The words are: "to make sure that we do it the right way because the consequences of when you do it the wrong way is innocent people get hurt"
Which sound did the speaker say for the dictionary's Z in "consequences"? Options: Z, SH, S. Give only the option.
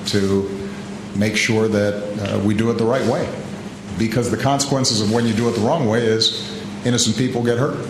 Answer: Z